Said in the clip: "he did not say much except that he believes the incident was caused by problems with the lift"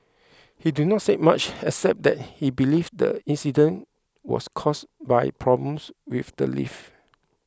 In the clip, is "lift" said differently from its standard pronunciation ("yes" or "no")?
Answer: yes